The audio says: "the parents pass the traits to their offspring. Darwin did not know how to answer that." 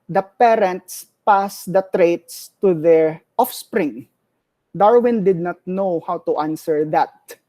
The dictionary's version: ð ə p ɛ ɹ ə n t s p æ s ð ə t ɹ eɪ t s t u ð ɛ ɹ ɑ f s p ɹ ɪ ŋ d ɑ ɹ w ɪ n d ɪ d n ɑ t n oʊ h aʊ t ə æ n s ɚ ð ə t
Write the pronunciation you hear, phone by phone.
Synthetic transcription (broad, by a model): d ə p ɛ ɹ ə n t s p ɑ s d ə t ɹ eɪ t s t u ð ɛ ɹ ɑ f s p ɹ ɪ ŋ d ɑ ɹ w ɪ n d ɪ d n ɑ t n oʊ h aʊ t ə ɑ n s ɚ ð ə t